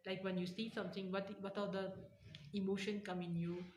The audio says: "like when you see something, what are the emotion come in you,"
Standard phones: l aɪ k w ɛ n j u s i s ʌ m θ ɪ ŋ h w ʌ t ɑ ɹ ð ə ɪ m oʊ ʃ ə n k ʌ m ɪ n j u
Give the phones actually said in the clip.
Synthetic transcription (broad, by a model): l aɪ k w ɛ n j u s i s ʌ m t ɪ ŋ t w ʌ t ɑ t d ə ɪ m oʊ ʃ ə n k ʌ m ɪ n j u